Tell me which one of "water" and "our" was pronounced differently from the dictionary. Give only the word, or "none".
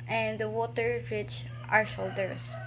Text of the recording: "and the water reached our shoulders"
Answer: none